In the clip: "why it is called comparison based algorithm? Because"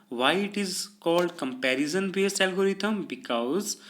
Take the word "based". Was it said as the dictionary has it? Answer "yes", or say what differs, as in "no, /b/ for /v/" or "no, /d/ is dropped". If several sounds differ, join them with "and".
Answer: no, /t/ is dropped